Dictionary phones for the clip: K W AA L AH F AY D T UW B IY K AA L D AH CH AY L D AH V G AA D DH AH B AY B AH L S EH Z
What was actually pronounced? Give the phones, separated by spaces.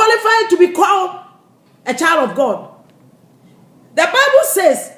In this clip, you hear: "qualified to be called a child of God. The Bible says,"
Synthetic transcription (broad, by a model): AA L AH F AY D T UW B IY K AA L AH CH AY L D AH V G AA D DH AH B AY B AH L S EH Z